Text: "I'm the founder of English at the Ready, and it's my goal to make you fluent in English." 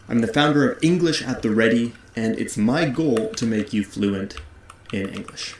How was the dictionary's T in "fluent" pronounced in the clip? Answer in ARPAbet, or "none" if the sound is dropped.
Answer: T